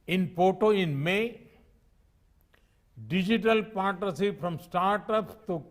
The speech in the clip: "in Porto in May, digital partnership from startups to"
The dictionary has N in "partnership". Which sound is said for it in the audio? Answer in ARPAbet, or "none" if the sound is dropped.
none